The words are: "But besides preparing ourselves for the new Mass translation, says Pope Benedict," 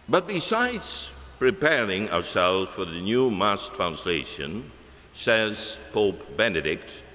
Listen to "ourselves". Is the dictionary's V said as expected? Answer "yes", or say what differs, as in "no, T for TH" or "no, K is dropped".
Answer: no, V is dropped